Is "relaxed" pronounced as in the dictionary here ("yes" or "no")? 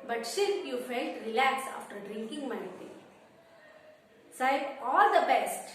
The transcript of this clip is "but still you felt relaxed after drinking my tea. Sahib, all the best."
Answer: no